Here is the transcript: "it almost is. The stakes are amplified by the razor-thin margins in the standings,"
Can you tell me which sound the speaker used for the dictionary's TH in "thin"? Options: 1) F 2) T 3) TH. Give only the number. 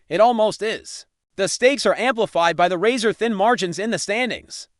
3